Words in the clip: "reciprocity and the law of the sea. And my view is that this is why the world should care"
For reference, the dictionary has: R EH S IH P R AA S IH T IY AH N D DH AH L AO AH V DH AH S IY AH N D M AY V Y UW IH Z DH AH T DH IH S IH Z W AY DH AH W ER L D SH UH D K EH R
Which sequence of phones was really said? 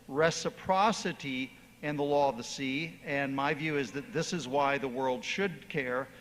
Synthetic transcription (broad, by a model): R EH S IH P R AA S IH T IY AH N DH AH L AO AH V DH AH S IY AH N M AY V Y UW IH Z DH AH T DH IH S IH Z W AY DH AH W ER L D SH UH D K EH R